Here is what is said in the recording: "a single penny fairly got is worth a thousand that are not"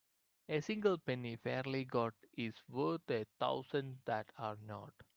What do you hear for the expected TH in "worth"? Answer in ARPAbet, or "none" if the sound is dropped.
T